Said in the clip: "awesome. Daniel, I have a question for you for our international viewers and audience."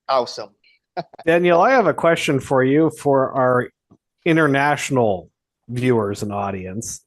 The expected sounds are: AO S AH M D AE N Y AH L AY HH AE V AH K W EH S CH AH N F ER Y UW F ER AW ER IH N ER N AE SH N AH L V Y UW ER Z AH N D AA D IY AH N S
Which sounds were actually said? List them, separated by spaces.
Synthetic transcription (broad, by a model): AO S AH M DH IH N Y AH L AY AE V AH K W EH S CH AH N F ER Y UW F ER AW ER IH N ER N AE SH N L V Y UW ER Z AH N AA D IY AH N S